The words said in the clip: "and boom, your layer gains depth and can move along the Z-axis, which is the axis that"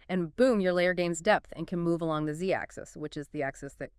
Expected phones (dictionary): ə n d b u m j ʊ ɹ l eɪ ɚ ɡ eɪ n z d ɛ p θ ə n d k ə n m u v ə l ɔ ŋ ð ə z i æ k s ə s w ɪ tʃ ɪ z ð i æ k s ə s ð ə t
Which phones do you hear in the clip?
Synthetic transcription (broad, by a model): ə n b u m j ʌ ɹ l eɪ ɚ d eɪ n z d ɛ p θ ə n k ə n m u v ə l ɔ ŋ ð ə z i æ k s ə s w ɪ tʃ ɪ z ð i æ k s ə s ð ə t